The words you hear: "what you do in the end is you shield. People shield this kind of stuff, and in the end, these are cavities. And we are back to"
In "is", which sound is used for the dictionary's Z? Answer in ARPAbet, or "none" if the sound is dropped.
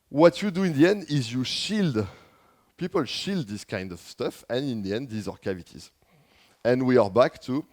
Z